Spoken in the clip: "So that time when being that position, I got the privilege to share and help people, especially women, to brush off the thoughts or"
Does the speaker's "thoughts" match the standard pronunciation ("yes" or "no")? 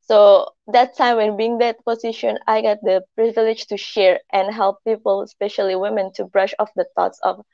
no